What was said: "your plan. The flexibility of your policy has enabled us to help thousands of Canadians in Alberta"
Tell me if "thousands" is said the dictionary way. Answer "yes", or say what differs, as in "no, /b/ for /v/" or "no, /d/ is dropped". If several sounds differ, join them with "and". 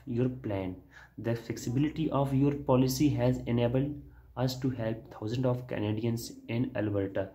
no, /t/ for /θ/